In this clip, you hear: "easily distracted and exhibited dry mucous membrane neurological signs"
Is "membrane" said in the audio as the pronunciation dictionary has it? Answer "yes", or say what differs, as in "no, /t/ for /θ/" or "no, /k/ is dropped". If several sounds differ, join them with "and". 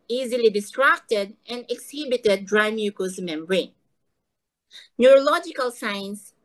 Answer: no, /b/ is dropped